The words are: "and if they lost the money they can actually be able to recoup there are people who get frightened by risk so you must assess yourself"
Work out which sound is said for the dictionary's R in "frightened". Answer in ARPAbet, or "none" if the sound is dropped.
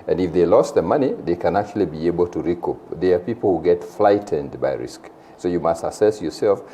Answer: L